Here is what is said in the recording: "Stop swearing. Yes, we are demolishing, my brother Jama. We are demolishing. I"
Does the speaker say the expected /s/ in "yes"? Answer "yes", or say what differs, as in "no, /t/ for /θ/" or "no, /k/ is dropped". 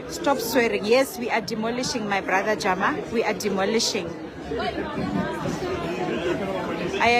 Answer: yes